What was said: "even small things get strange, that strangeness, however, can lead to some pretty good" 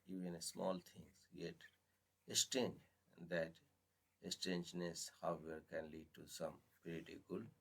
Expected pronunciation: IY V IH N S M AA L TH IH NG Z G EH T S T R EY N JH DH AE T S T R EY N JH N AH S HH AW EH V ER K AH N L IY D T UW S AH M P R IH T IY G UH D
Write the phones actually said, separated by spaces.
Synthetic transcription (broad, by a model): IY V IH N S M AA L T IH NG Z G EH T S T EY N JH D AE T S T EY N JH N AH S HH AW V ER K AH N L IY D T UW S AH M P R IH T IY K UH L